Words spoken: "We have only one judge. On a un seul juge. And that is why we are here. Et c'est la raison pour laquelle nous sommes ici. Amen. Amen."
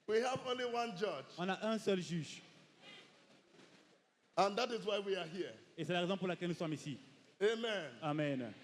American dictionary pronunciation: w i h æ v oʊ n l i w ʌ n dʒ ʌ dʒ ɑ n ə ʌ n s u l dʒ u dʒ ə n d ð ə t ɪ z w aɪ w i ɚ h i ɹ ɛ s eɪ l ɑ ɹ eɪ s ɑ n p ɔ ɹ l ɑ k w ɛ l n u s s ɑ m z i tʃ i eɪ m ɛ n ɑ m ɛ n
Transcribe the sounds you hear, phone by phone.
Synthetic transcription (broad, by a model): w i h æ v oʊ n l i w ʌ n dʒ ʌ dʒ ɑ n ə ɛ s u l ʒ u ʒ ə n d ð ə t ɪ z w aɪ w i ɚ h i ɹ ɛ s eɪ l ɑ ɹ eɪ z ɑ p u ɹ l ɑ k ɛ l n u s s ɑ m i s i eɪ m ɛ n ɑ m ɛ n